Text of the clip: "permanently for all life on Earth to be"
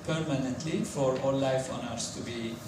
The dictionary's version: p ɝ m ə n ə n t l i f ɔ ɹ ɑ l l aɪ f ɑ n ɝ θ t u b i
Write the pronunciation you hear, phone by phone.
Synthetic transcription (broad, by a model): p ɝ m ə n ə n t l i f ɔ ɹ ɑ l l aɪ f ɑ n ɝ s t u b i